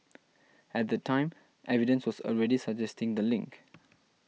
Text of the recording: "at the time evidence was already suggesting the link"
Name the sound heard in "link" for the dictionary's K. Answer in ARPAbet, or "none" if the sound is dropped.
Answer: K